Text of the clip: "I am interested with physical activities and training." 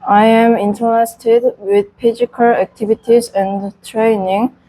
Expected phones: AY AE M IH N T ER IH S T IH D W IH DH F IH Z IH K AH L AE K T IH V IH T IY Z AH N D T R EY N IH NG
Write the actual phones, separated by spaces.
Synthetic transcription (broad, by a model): AY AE M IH N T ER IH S T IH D W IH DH P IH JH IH K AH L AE K T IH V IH T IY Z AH N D T R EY N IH NG